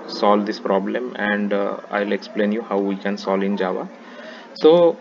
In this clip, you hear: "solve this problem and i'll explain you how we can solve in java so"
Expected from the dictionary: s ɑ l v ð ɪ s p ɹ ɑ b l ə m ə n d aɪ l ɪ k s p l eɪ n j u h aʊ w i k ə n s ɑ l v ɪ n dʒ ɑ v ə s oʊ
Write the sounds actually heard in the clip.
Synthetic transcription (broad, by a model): s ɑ l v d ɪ s p ɹ ɑ b l ə m ə n d aɪ l ɪ k s p l eɪ n j u h aʊ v i k ə n s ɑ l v ɪ n dʒ ɑ v ə s oʊ